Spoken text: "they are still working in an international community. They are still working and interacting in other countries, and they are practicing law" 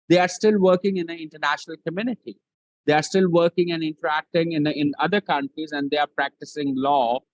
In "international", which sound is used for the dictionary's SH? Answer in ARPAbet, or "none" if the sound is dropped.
SH